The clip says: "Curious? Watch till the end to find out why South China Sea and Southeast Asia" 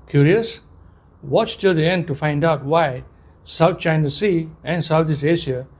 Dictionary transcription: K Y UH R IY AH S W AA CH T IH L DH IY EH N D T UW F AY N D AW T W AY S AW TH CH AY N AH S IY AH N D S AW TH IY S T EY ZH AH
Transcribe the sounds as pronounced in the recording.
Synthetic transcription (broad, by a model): K Y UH R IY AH S W AA CH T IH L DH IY EH N D T UW F AY N D AW T W AY S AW T CH AY N AH S IY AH N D S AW T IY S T EY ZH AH